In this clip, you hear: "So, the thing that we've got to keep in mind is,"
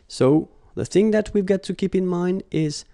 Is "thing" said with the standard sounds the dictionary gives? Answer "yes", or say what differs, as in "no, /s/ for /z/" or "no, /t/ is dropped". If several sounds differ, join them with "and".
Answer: yes